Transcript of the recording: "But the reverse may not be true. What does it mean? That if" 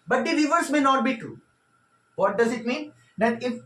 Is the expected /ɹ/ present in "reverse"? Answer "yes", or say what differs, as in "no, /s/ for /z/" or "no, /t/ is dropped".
no, /l/ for /ɹ/